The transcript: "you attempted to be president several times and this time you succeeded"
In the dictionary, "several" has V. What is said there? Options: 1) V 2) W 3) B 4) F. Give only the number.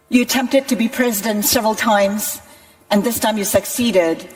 1